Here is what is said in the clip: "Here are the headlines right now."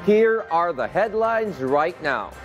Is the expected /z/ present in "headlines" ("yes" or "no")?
yes